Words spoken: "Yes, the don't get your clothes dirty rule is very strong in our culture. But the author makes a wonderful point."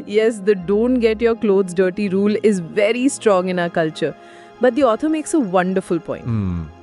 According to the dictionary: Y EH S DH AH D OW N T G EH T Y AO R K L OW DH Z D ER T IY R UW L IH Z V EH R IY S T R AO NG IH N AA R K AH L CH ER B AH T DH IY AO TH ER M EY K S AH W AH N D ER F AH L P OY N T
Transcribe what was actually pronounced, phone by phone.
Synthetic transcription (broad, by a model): Y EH S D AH D OW N T G EH T Y AO R K L OW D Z D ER T IY R UW L IH Z V EH R IY S T R AO NG IH N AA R K AH L CH ER B AH T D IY AO T ER M EY K S AH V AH N D ER F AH L P OY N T